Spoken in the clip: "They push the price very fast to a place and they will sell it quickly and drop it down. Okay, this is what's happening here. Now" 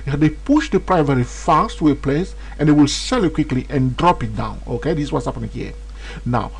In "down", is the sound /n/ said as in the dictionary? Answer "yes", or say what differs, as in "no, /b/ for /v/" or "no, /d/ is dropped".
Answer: yes